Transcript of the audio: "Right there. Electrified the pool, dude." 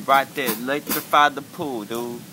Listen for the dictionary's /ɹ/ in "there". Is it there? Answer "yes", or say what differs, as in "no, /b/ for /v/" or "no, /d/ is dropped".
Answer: no, /l/ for /ɹ/